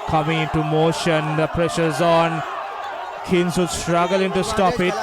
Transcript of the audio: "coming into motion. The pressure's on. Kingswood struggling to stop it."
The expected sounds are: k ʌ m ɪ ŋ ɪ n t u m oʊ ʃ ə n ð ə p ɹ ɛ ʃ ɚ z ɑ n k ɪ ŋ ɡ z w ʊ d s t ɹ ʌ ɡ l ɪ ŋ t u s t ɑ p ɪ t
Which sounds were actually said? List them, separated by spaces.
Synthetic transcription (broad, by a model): k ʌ m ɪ ŋ ɪ n t u m oʊ ʃ ə n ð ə p ɹ ɛ ʃ ɚ z ɑ n k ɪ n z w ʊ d s t ɹ ʌ ɡ l ɪ ŋ t u s t ɑ p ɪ t